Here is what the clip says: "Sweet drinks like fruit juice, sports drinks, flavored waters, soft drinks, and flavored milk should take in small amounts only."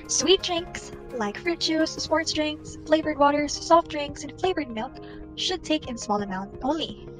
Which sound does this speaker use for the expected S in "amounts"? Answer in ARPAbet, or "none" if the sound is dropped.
none